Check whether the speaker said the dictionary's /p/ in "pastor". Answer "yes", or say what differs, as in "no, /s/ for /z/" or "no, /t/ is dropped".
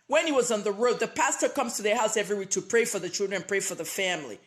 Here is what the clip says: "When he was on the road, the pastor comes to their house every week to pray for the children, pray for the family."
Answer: yes